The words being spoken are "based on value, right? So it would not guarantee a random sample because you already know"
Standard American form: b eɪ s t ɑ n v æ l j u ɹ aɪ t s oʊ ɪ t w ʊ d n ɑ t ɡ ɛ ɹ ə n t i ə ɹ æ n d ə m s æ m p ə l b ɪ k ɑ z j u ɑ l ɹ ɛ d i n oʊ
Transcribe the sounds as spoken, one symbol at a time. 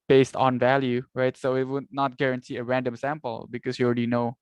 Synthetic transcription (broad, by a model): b eɪ s t ɑ n v æ l j u ɹ aɪ t s oʊ ɪ t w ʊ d n ɑ t ɡ ɛ ɹ ə n t i ə ɹ æ n d ə m s æ m p ə l b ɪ k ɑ s j u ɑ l ɹ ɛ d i n oʊ